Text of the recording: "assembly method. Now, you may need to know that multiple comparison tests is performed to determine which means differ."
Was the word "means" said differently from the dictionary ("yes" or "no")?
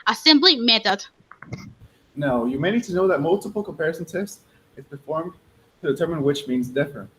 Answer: no